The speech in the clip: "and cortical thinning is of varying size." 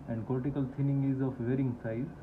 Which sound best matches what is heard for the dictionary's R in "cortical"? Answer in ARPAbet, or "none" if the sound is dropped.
L